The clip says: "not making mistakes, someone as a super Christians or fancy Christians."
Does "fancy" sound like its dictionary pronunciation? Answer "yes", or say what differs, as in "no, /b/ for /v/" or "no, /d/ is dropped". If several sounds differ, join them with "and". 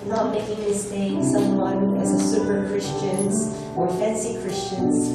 yes